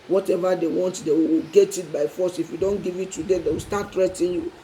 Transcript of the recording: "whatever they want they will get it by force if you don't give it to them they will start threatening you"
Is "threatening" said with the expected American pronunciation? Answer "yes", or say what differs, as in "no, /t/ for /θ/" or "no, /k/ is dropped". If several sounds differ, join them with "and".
no, /n/ is dropped